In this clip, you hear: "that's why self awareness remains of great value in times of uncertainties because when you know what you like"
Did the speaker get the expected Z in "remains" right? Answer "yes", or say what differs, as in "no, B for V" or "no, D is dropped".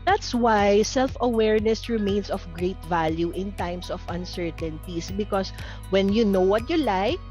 no, S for Z